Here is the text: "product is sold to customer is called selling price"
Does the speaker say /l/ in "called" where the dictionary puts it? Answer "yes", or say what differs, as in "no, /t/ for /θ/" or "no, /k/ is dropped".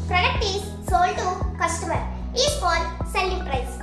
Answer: no, /l/ is dropped